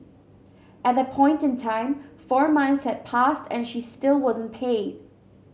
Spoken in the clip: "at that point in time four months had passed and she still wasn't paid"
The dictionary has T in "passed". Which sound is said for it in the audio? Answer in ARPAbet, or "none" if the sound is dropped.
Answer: T